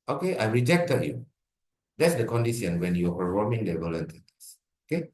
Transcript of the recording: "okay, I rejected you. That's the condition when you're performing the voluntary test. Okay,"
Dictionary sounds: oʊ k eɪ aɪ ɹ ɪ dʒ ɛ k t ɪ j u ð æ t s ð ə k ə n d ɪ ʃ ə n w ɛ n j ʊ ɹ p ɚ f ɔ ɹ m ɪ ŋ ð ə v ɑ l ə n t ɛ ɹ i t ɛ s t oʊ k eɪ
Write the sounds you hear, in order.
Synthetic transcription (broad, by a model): oʊ k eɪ aɪ ɹ ɪ dʒ ɛ k t ɪ j u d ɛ t s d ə k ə n d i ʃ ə n w ɛ n j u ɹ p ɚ ɔ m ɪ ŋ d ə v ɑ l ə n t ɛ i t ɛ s oʊ k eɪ